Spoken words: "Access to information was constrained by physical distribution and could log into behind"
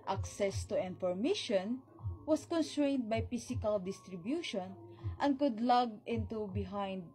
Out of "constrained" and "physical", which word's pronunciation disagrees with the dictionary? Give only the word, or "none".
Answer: physical